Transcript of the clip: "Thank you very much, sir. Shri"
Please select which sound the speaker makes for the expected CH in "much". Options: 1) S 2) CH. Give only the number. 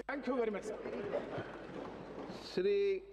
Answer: 1